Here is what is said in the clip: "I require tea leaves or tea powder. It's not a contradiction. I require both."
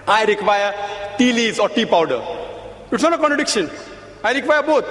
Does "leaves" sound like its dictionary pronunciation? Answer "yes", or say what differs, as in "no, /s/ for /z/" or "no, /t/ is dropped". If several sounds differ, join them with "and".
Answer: no, /v/ is dropped